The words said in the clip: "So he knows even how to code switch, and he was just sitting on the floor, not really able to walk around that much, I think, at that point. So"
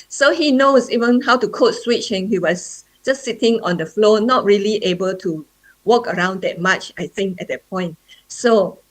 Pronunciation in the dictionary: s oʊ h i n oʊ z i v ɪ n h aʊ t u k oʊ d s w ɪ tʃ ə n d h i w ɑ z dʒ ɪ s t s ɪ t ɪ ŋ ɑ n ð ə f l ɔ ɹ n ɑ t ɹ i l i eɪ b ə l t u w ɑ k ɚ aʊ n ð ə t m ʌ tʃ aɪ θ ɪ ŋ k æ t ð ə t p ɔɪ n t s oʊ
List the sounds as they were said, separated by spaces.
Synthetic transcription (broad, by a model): s oʊ h i n oʊ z i v ɪ n h aʊ t u k oʊ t s w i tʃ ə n h i w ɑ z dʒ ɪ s s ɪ t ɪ ŋ ɑ n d ə f l ɔ n ɑ t ɹ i l i eɪ b ə l t u w ɑ k ɚ aʊ n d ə t m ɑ tʃ aɪ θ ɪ ŋ k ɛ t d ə t p ɔɪ n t s oʊ